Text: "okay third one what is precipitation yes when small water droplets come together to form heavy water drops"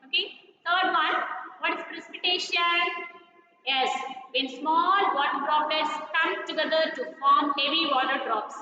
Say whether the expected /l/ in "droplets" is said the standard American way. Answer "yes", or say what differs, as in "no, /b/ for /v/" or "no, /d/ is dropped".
no, /l/ is dropped